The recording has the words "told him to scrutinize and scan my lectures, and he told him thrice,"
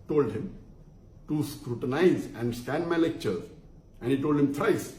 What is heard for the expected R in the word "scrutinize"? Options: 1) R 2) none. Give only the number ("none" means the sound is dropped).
1